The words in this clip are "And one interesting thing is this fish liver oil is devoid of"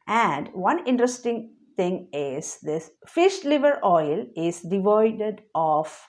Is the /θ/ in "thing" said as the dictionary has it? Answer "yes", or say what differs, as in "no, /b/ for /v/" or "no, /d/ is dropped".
no, /t/ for /θ/